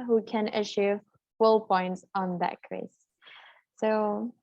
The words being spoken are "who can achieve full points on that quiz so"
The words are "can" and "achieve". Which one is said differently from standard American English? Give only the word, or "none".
achieve